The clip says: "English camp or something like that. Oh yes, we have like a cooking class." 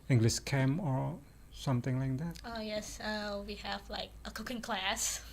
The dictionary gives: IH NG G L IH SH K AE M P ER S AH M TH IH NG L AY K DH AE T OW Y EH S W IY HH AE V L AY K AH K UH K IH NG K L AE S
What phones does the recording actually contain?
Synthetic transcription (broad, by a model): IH NG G L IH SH K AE M ER S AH M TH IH NG L AY K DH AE T OW Y EH S W IY HH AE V L AY K AH K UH K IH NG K L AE S